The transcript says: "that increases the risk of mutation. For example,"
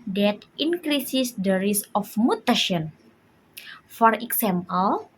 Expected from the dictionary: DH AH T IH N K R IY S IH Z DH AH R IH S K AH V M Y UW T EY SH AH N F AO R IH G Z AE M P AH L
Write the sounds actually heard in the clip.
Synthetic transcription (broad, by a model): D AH T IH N K R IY S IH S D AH R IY S AH F M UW T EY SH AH N F AO R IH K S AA M P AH L